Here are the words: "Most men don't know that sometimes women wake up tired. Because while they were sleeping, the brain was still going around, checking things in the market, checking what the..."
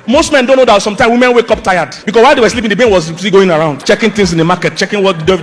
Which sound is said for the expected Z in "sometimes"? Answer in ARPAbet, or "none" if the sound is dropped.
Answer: none